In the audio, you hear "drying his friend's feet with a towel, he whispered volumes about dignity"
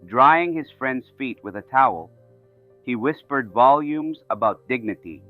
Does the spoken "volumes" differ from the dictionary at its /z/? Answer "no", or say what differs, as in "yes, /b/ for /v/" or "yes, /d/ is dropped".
no